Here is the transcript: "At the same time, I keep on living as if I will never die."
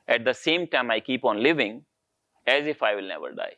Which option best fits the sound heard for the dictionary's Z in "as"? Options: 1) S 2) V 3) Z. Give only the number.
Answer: 3